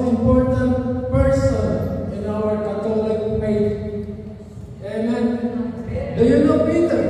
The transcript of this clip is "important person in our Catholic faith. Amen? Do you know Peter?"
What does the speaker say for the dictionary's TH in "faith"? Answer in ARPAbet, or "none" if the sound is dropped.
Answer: T